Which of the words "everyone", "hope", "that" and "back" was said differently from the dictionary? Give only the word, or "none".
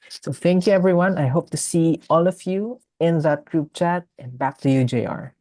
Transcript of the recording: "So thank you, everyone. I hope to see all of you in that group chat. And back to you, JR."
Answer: none